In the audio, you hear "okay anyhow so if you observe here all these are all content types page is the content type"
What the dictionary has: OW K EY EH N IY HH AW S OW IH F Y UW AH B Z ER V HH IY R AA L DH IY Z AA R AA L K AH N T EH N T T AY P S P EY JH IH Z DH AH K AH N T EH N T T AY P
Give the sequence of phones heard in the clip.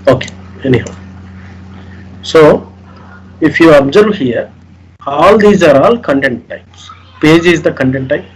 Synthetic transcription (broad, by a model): OW K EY EH N IY HH AW S OW IH F Y UW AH B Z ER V HH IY R AA L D IY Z AA R AA L K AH N T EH N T T AY P S P EY JH IH Z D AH K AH N T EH N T T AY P